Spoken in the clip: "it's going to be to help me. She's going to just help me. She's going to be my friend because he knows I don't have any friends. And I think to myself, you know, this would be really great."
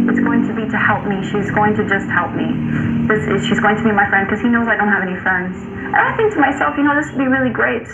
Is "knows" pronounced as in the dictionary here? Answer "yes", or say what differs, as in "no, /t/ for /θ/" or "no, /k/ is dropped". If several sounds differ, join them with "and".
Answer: yes